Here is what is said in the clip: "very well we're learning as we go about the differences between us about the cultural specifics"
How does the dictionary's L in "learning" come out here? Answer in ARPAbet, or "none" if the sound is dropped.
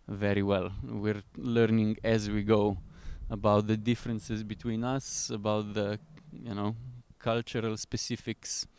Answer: L